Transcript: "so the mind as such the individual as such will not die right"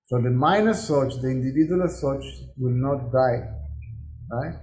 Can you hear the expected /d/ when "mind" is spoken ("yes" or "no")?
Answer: no